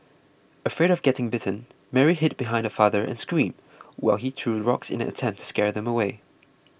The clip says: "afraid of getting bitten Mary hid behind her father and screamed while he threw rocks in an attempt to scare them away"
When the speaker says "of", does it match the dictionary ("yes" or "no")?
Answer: yes